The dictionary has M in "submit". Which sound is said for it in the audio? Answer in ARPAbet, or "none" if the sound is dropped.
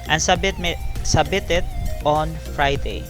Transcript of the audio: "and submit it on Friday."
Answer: none